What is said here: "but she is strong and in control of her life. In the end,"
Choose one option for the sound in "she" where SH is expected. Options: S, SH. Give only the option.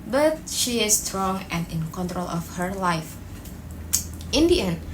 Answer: SH